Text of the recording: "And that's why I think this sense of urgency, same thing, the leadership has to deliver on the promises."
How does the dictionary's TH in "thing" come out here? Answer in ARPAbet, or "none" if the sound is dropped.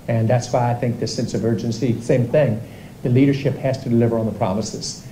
TH